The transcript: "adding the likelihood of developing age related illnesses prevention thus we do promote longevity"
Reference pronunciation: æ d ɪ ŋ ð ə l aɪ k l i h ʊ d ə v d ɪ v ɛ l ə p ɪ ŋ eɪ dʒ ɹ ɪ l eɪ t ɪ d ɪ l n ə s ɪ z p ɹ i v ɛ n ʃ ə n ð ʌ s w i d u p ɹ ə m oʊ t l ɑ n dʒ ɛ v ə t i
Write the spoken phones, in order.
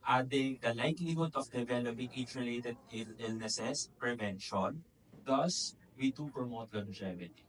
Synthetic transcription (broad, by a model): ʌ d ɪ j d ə l aɪ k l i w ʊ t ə f d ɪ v ɛ l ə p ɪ ŋ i tʃ ɹ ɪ l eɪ t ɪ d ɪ l n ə s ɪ s p ɹ i v ɛ n ʃ ə n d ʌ s w i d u p ɹ ə m oʊ t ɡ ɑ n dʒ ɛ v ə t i